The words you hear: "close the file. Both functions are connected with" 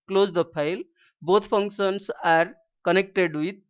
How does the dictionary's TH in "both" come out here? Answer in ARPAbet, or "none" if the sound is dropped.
T